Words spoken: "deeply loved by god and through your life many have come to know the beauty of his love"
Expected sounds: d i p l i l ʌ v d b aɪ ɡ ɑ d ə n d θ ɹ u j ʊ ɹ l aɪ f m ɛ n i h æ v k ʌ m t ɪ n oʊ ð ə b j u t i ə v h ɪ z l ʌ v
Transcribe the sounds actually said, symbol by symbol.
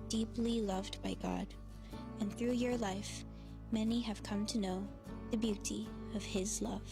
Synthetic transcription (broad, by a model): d i p l i l ʌ v d b aɪ ɡ ɑ d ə n θ ɹ u j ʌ ɹ l aɪ f m ɛ n i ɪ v k ʌ m t ɪ n oʊ ð ə b j u t i ə v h ɪ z l ʌ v